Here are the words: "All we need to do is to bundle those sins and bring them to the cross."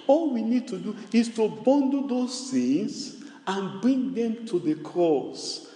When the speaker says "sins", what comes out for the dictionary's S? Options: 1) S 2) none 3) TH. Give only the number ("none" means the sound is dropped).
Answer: 3